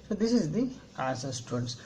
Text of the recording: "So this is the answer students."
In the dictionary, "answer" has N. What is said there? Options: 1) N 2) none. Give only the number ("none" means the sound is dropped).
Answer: 2